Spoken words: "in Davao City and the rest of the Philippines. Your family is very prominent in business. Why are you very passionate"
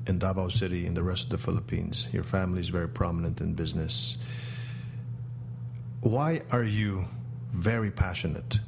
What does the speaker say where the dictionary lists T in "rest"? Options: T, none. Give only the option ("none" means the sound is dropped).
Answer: T